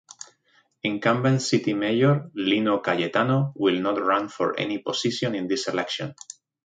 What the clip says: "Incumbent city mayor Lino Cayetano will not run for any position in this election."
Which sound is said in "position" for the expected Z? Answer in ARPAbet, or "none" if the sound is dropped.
S